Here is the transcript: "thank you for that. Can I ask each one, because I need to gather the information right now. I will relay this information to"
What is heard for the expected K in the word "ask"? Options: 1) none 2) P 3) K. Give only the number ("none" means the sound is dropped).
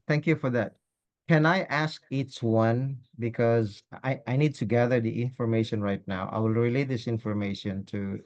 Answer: 3